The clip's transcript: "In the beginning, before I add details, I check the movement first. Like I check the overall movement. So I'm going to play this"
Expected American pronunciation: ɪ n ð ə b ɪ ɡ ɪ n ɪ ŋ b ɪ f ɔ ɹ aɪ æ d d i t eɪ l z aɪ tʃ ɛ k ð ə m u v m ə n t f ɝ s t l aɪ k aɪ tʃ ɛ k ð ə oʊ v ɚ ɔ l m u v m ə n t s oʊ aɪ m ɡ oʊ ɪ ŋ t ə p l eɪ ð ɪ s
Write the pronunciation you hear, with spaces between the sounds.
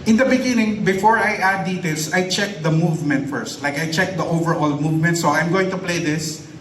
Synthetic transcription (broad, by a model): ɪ n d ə b ɪ ɡ ɪ n ɪ ŋ b ɪ f ɔ ɹ aɪ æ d d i t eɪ l s aɪ tʃ ɛ k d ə m u v m ə n t f ɝ s t l aɪ k aɪ tʃ ɛ k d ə oʊ v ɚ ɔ l m u v m ə n t s oʊ aɪ m ɡ oʊ ɪ ŋ t ə p l eɪ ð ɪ s